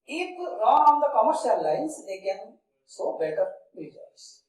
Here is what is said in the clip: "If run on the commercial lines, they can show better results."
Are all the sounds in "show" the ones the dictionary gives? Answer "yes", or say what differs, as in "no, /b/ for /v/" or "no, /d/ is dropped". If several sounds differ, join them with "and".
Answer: no, /s/ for /ʃ/